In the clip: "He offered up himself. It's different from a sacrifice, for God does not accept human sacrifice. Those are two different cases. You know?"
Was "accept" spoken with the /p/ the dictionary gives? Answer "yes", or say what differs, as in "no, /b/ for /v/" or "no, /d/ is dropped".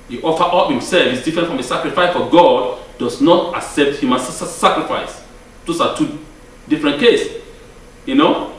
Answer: yes